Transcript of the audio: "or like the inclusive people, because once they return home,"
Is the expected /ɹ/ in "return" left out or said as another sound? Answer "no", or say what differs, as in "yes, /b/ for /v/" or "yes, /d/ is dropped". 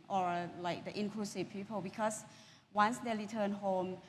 yes, /l/ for /ɹ/